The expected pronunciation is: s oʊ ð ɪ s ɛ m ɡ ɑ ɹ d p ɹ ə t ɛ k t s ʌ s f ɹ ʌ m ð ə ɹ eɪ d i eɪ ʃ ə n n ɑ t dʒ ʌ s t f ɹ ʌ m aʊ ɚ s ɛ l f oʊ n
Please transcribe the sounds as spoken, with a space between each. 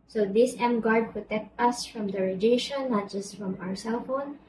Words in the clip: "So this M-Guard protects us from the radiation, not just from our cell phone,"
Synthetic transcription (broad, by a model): s oʊ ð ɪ s ɛ m ɡ ɑ ɹ d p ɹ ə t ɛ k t ʌ s f ɹ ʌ m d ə ɹ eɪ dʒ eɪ ʃ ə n n ɑ t dʒ ʌ s t f ɹ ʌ m aʊ ɚ s ɛ l f oʊ n